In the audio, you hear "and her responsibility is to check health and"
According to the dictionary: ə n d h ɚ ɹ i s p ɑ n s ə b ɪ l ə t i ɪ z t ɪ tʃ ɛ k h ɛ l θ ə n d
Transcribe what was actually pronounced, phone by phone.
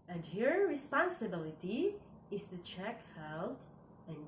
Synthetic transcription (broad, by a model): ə n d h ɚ ɹ i s p ɑ n s ə b ɪ l ə t i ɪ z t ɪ tʃ ɛ k h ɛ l t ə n